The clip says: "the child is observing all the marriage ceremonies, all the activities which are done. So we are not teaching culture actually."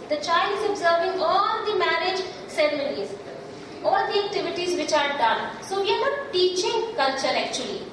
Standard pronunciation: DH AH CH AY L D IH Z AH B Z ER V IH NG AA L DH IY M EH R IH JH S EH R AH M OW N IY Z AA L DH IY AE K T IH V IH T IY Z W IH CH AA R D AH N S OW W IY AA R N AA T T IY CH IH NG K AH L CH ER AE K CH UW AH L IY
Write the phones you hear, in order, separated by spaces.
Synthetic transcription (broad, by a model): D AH CH AY L D IH Z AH B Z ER V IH NG AA L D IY M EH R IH JH S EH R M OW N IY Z AA L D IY AE K T IH V IH T IY Z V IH CH AA R D AH N S OW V IY AA R N AA T T IY CH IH NG K AH L CH ER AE K CH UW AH L IY